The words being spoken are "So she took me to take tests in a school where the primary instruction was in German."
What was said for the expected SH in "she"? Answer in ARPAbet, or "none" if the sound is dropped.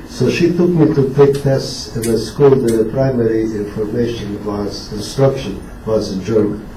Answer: SH